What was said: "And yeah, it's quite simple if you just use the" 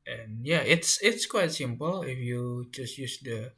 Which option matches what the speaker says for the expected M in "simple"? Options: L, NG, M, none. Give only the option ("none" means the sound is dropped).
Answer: M